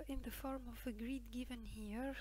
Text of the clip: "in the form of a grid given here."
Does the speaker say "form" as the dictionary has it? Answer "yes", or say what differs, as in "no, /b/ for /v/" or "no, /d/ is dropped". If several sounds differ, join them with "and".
yes